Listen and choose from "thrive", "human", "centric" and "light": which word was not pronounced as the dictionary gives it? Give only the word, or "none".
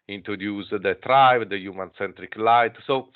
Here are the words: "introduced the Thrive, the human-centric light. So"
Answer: thrive